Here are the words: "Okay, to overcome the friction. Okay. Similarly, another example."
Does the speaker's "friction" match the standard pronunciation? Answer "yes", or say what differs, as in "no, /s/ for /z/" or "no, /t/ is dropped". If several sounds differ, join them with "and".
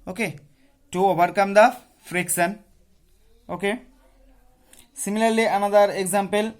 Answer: no, /s/ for /ʃ/